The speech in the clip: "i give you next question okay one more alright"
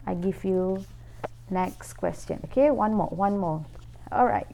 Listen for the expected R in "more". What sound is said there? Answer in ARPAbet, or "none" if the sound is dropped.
W